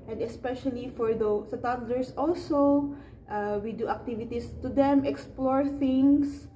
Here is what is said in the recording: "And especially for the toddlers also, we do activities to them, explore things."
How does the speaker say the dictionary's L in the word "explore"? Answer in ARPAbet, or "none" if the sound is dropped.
L